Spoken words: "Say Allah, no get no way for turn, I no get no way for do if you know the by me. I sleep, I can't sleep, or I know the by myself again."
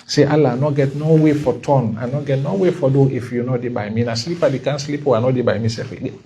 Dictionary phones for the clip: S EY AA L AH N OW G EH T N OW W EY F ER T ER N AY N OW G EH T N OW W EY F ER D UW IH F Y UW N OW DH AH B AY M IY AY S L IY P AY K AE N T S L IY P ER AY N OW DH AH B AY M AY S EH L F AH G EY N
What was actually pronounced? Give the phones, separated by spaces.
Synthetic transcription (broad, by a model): S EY AA L AH N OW G EH T N OW W EY F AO T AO N AY N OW G EH T N OW W EY F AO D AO IH F Y UW N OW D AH B AY M IY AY S L IY P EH K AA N S L IY P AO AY N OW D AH B AY M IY S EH F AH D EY